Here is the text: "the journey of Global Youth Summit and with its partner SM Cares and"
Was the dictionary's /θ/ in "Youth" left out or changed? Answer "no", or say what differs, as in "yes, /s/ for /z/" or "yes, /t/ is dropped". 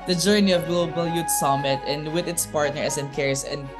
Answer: yes, /t/ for /θ/